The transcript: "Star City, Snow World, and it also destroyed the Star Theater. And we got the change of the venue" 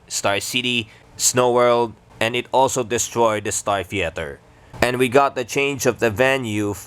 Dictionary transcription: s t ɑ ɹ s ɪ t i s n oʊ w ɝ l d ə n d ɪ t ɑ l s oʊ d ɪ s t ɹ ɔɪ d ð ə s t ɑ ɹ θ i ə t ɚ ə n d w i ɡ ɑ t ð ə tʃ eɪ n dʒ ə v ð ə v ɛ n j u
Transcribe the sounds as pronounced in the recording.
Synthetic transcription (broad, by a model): s t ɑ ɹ s ɪ t i s n oʊ w ɝ l d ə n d ɪ t ɑ l s oʊ d ɪ s t ɹ ɔɪ d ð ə s t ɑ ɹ θ i ə t ɚ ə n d w i ɡ ɑ t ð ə tʃ eɪ n dʒ ə v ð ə v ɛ n j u